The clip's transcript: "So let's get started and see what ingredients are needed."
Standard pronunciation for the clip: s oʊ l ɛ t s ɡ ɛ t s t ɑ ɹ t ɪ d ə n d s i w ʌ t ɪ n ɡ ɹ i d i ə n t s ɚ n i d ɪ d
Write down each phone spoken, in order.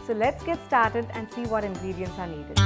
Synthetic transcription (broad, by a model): s oʊ l ɛ t s ɡ ɛ t s t ɑ ɹ t ɪ d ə n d s i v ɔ t ɪ n ɡ ɹ i d i ə n t s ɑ n i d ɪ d